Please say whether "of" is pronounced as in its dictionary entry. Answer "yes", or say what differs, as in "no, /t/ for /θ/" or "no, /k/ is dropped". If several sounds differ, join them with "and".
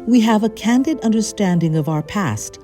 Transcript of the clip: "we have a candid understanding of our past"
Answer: yes